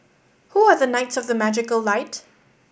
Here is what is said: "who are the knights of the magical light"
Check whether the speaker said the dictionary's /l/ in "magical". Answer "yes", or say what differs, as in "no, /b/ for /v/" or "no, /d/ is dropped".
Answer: yes